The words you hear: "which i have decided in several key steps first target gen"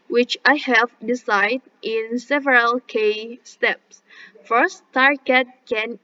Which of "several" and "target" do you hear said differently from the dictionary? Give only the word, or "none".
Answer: none